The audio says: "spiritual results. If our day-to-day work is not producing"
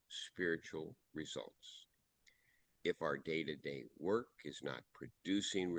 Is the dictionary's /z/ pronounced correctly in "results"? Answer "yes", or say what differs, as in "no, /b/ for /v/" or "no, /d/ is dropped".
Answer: yes